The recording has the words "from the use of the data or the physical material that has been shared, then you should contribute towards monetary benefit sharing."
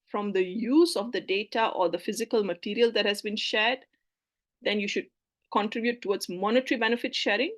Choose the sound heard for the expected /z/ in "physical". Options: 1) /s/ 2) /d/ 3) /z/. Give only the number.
3